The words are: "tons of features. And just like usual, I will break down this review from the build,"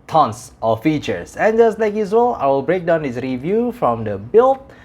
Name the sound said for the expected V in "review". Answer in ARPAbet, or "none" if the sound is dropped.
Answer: V